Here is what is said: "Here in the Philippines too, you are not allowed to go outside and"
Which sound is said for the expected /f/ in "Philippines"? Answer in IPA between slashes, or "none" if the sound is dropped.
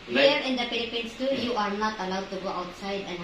/p/